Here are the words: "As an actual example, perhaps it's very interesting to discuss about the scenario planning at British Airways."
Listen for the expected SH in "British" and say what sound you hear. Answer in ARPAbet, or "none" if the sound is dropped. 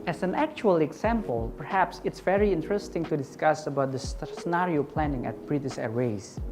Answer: S